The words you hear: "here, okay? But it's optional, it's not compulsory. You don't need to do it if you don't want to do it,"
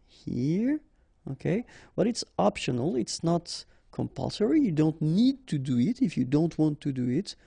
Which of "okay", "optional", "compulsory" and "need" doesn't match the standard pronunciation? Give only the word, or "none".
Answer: none